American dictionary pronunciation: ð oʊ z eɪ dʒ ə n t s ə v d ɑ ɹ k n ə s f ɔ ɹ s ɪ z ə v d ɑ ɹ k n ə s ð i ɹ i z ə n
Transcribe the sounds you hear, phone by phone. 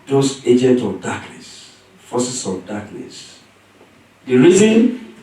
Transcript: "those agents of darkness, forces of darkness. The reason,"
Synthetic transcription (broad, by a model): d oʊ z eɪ dʒ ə n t ə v d ɑ k n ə s f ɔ s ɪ s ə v d ɑ k n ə s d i ɹ i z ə n